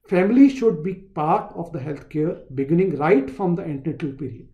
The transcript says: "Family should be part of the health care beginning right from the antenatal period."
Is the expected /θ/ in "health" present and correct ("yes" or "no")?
no